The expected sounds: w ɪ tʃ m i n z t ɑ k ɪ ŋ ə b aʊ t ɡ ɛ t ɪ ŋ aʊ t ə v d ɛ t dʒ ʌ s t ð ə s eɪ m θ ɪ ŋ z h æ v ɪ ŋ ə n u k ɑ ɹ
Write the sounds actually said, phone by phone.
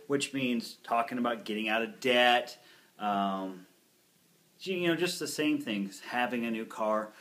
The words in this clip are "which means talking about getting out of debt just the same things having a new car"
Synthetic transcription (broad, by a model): w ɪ tʃ m i n z t ɑ k ɪ ŋ ə b aʊ t ɡ ɛ t ɪ ŋ aʊ t ə v d ɛ t dʒ ʌ s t ð ə s eɪ m θ ɪ ŋ z h æ v ɪ ŋ ə n u k ɑ ɹ